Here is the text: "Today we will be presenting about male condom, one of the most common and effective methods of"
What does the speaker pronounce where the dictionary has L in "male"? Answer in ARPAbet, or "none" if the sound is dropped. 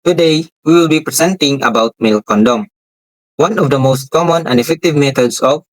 L